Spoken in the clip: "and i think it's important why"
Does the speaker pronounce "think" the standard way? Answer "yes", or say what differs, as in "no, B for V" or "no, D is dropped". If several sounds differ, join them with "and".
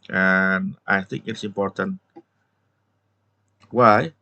yes